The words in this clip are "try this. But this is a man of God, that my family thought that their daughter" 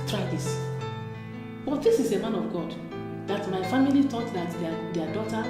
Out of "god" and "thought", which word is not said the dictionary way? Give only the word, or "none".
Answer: thought